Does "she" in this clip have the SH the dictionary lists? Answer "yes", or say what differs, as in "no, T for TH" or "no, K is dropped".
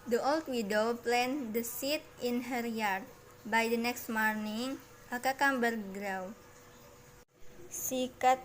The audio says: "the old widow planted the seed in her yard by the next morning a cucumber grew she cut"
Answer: no, S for SH